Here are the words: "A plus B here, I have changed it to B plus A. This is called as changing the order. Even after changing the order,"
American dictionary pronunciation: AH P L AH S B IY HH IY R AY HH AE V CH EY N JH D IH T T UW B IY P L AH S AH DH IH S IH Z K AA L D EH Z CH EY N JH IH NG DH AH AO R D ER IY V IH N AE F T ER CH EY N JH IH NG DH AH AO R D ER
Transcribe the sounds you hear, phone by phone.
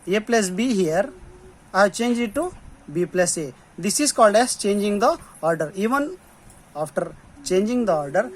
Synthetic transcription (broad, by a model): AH P L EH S B IY HH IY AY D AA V CH EY N JH IH T T UW B IY P L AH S AH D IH S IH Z K AA L D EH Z CH EY N JH IH NG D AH AO R D ER IY V IH N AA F T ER CH EY N JH IH NG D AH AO R D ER